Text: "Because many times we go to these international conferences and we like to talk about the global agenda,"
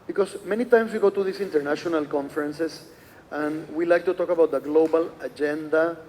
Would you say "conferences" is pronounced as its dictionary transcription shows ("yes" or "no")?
no